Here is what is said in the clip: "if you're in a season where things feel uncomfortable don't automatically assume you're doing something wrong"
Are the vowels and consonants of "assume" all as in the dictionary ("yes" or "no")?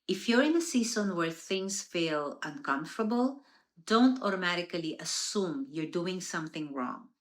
yes